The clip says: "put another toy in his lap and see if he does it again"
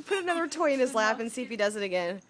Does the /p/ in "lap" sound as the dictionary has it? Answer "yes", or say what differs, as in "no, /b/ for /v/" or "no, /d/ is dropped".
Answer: no, /f/ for /p/